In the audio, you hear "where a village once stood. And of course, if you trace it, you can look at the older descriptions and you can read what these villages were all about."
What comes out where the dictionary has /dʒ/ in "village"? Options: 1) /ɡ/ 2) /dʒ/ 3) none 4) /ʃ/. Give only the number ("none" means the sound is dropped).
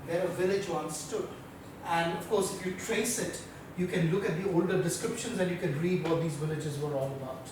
2